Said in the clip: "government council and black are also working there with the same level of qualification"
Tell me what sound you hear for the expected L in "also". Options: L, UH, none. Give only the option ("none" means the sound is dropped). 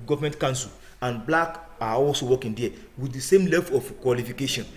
L